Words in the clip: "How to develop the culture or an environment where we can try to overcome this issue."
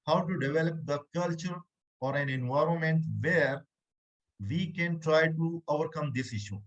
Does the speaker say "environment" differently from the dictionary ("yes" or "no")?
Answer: no